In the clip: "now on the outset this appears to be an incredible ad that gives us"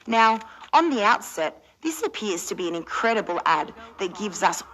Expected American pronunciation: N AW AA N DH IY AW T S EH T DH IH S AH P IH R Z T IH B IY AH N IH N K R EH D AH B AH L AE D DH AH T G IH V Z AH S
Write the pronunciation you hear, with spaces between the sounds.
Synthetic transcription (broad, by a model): N AW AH N DH IY AW T S EH T DH IH S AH P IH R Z T IH B IY AH N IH N K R EH D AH B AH L AE D DH AH T G IH V Z AH S